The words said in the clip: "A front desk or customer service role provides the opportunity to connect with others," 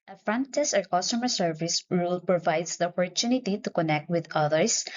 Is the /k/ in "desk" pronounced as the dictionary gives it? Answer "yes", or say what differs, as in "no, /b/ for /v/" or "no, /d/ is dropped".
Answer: no, /k/ is dropped